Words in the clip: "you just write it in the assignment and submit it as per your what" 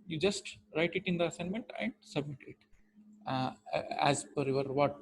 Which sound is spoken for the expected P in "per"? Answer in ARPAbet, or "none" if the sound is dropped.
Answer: F